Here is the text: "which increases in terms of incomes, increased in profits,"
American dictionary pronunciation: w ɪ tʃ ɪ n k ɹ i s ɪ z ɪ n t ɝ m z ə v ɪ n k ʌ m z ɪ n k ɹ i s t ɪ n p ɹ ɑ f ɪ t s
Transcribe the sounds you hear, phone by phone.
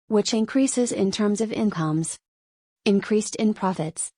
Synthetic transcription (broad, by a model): w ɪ tʃ ɪ n k ɹ i s ɪ z ɪ n t ɝ m z ə v ɪ n k ʌ m z ɪ n k ɹ i s t ɪ n p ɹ ɑ f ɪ t s